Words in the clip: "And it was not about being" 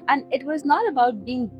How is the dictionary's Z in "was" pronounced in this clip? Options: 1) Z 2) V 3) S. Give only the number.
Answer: 1